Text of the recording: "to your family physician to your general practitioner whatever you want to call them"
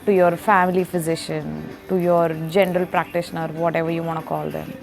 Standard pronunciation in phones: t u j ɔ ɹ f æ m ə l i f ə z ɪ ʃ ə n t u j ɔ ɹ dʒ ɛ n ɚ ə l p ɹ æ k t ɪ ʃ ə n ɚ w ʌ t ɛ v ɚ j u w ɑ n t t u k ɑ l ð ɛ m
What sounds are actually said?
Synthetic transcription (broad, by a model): t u j ɔ ɹ f æ m ə l i f ə z ɪ ʃ ə n t u j ɔ ɹ dʒ ɛ n ɚ ə l p ɹ æ k t ɪ ʃ ə n ɚ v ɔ t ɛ v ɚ j u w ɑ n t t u k ɑ l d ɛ m